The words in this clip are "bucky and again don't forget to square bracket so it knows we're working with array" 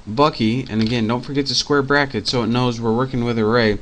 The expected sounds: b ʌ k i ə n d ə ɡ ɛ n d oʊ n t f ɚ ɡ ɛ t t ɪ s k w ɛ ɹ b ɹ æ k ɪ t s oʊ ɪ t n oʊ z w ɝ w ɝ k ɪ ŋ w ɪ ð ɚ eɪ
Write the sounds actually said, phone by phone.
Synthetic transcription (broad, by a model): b ʌ k i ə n ə ɡ ɛ n d oʊ n t f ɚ ɡ ɛ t t ɪ s k w ɛ ɹ b ɹ æ k ɪ t s oʊ ɪ t n oʊ z w ɝ w ɝ k ɪ ŋ w ɪ ð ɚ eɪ